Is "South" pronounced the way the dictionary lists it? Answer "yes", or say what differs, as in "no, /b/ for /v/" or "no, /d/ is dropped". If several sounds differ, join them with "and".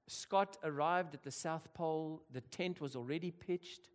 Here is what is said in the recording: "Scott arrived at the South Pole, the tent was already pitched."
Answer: yes